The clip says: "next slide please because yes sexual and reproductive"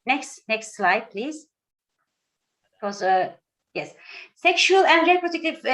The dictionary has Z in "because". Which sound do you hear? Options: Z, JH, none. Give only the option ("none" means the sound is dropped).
none